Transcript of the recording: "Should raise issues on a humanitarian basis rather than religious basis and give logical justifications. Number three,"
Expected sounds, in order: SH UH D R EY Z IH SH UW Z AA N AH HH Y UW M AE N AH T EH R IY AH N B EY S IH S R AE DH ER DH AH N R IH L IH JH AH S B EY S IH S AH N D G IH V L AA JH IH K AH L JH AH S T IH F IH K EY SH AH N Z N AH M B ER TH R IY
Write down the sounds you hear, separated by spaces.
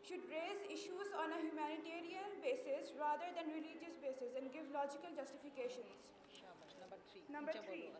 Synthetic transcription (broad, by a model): SH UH D R EY Z IH SH UW Z AA N AH HH Y UW M AE N AH T EH R IY AH N B EY S IH S R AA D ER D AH N R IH L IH JH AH S B EY S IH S AH N D G IH V L AA JH IH K AH L JH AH S T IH F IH K EY SH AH N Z N AH M B ER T R IY